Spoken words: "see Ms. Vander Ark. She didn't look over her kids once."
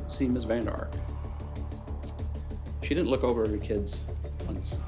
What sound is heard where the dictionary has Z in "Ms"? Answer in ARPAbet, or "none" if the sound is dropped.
Z